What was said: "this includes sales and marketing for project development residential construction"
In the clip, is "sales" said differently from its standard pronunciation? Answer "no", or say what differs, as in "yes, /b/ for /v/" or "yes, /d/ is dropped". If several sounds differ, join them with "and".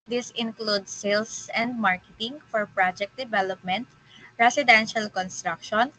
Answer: yes, /s/ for /z/